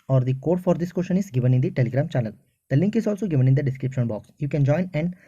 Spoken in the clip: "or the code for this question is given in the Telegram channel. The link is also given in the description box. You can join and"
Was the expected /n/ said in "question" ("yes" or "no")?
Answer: yes